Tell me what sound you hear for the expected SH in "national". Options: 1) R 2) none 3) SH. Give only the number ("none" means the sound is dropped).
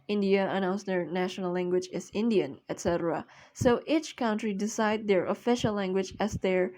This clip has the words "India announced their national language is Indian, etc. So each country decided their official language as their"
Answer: 3